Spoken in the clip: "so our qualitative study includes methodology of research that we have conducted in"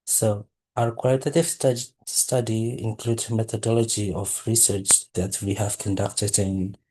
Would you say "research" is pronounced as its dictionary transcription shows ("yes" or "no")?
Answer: yes